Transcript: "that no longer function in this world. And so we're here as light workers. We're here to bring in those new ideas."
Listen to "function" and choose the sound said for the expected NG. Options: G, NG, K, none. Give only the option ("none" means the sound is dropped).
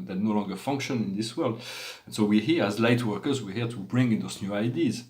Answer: NG